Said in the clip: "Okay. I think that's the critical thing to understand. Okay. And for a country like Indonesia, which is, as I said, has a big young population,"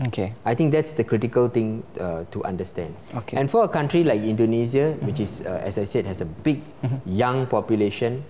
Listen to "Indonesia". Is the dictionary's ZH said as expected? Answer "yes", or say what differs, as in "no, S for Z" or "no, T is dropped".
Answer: no, Z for ZH